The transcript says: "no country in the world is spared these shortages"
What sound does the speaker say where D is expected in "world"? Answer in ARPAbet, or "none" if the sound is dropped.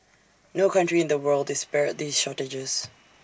D